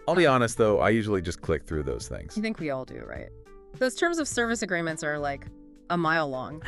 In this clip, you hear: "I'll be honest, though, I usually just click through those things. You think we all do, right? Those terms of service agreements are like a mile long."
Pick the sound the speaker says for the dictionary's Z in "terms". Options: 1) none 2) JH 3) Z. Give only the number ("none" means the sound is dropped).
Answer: 3